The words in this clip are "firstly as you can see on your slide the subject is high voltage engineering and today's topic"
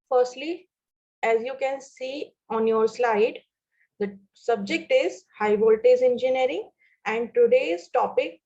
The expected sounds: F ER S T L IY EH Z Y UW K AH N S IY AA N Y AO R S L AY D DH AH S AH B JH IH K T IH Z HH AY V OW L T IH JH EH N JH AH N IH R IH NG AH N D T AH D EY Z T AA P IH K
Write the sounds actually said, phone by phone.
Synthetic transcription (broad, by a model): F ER S T L IY EH Z Y UW K AH N S IY AA N Y AO R S L AY D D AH S AH B JH IH K T IH Z HH AY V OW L T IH Z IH N JH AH N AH R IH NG AH N D T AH D EY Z T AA P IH K